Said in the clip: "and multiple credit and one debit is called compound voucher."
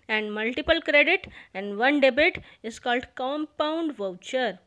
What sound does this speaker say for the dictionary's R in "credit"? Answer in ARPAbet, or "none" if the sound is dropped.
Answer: R